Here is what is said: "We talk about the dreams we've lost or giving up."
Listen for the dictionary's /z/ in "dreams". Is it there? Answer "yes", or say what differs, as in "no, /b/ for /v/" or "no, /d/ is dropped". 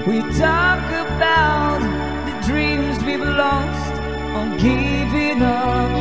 yes